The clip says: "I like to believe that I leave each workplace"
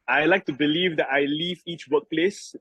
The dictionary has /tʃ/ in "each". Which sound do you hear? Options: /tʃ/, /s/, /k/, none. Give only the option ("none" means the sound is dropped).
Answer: /tʃ/